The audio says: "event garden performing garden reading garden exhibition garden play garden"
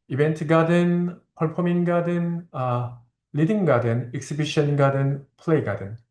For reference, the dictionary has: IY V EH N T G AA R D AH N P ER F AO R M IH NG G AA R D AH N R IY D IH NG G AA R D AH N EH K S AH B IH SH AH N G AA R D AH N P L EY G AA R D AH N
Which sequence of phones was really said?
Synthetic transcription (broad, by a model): IY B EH N T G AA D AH N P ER P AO M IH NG G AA D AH N L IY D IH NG G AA D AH N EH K S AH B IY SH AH N G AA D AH N P L EY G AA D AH N